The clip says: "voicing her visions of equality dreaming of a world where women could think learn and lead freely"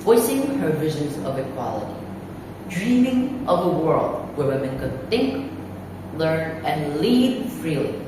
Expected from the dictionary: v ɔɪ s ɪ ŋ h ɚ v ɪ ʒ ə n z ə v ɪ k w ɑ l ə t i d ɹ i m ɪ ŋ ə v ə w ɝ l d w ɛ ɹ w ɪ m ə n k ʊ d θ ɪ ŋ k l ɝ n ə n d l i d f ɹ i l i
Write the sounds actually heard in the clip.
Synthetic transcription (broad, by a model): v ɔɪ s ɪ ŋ h ɚ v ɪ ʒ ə n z ə v ɪ k w ɑ l ə t i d ɹ i m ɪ ŋ ə v ə w ɝ l d w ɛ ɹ w ɪ m ə n k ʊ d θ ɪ ŋ k l ɝ n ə n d l i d f ɹ i l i